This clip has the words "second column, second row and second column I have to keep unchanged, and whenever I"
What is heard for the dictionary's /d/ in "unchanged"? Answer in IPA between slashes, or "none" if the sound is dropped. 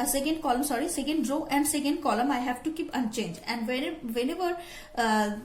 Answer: none